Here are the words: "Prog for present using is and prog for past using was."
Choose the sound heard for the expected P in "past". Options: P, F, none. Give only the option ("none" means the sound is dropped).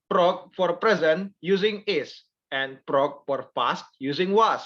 F